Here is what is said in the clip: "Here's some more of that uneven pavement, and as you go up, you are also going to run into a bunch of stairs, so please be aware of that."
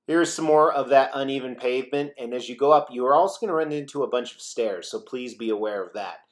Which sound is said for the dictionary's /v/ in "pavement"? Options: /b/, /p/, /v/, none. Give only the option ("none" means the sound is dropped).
/v/